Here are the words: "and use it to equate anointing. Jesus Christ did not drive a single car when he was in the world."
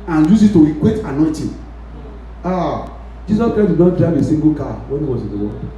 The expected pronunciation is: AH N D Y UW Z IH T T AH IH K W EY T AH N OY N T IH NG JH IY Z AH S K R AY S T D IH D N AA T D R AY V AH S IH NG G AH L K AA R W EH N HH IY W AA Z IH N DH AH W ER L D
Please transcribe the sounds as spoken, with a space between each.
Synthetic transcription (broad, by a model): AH N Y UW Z IH T T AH IH K W EY T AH N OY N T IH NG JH IY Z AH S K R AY T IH N AA T D R AY V AH S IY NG G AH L K AA W EH N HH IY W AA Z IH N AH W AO